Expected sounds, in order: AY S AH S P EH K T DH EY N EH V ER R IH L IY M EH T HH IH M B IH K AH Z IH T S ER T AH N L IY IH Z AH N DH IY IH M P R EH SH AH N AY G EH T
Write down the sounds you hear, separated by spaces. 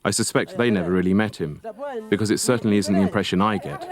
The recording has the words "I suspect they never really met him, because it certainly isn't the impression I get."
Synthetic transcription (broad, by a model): AY S AH S P EH K T DH EY N EH V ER R IH L IY M EH T HH IH M B IH K AH Z IH T S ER T N L IY IH Z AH N DH IY IH M P R EH SH AH N AY G EH T